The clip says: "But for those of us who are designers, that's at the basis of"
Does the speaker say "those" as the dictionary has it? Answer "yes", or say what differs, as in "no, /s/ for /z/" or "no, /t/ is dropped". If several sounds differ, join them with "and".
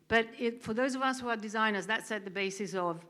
yes